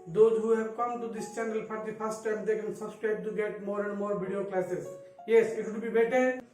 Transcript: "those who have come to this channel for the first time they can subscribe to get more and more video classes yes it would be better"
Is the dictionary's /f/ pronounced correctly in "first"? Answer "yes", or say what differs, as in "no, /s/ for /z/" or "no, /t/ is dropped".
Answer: no, /p/ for /f/